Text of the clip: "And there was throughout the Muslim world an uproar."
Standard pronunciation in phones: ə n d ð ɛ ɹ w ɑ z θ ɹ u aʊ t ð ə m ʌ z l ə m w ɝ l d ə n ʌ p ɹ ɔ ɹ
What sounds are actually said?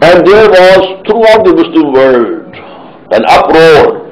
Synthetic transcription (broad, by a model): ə n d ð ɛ ɹ w ɑ z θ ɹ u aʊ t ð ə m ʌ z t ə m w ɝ d ə n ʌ p ɹ ɔ ɹ